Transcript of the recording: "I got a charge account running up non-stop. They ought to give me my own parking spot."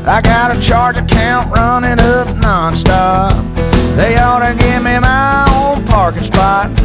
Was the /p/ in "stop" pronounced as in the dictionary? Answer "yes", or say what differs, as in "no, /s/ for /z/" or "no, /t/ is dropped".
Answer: no, /f/ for /p/